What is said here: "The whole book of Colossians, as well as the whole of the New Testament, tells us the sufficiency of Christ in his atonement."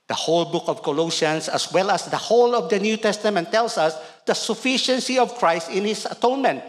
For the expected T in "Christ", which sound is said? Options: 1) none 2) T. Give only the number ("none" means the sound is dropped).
2